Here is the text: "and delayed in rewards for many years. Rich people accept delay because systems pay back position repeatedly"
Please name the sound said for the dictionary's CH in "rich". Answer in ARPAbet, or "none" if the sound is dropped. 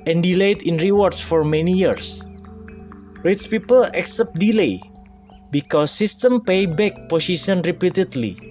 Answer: S